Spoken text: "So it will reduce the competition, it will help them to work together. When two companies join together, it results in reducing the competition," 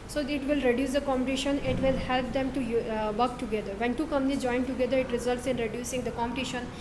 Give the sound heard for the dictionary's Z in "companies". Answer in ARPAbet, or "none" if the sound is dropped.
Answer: none